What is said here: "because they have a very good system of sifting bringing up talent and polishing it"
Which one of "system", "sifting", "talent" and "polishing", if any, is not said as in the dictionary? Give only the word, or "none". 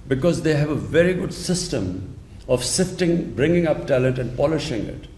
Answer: none